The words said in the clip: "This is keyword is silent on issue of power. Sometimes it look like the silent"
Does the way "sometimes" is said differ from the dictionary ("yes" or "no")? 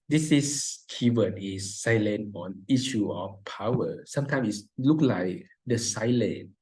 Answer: yes